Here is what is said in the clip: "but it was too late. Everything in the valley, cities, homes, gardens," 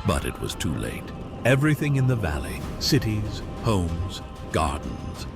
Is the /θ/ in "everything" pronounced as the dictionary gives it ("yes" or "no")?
yes